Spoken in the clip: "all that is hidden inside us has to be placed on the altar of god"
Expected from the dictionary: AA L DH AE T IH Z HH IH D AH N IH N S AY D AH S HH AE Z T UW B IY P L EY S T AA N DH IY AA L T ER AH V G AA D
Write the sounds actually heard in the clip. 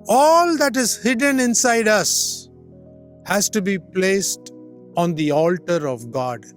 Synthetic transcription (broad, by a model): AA L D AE T IH Z HH IH D AH N IH N S AY D AH S HH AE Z T UW B IY P L EY S T AA N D IY AA L T ER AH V G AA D